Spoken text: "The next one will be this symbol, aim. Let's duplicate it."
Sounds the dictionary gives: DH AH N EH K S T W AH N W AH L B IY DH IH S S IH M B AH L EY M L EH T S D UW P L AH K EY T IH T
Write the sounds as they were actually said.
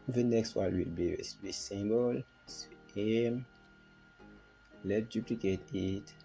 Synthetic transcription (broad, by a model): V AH N EH K S T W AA L W AH L B IY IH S S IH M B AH L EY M L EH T D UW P L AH K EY T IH T